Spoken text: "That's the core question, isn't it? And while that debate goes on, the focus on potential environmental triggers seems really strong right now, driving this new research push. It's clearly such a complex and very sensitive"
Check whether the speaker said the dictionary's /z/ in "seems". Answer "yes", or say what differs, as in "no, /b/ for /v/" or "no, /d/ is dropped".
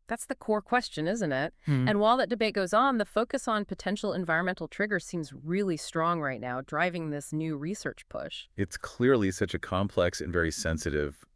yes